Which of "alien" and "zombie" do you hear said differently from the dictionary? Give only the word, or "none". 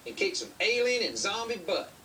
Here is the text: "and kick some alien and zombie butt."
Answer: none